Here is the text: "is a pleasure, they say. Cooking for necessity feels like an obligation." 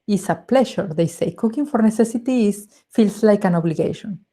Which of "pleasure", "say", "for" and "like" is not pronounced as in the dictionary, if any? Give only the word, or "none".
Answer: pleasure